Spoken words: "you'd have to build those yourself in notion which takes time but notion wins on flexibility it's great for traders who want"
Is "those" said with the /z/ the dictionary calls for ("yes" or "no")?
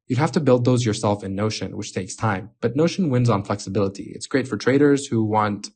yes